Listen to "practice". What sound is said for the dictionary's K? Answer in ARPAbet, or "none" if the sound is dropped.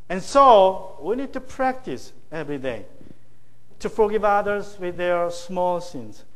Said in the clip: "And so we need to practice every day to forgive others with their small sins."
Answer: K